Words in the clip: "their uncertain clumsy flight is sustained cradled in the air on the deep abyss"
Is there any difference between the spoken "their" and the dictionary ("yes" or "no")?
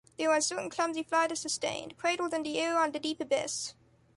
yes